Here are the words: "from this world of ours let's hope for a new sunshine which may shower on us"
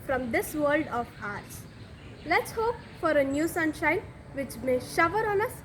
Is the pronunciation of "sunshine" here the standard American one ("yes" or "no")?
yes